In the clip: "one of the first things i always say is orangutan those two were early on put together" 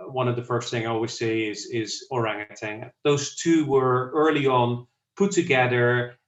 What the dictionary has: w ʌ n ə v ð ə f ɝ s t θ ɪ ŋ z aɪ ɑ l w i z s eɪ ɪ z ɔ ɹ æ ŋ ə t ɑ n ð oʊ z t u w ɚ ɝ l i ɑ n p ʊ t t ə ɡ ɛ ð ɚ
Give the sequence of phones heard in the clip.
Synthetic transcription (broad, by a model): w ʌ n ə v ð ə f ɝ s t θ ɪ ŋ aɪ ɑ l w i z s eɪ ɪ z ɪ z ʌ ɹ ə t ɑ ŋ ð oʊ z t u w ɚ ɝ l i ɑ n p ʊ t t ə ɡ ɛ ð ɚ